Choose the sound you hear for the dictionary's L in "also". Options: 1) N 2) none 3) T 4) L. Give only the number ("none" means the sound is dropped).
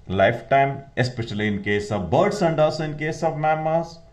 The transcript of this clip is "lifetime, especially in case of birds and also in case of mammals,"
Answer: 2